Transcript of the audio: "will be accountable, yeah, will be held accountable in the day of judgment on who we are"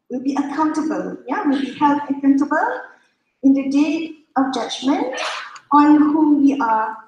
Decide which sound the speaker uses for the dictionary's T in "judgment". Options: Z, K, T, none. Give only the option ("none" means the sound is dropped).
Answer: T